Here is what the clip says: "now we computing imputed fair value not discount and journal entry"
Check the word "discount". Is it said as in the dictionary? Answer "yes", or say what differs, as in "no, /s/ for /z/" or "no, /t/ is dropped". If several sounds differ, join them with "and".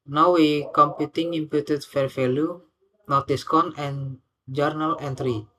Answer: no, /t/ is dropped